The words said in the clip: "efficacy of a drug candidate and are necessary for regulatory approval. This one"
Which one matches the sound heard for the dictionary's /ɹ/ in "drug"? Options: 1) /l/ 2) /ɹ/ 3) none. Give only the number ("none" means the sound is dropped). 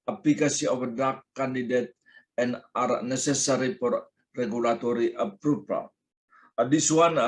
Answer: 3